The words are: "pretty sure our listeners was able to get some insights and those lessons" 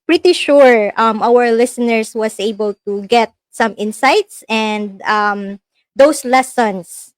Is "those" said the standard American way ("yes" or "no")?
no